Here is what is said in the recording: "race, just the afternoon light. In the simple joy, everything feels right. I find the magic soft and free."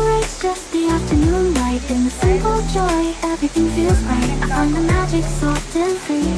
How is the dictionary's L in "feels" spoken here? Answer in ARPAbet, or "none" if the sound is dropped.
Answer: L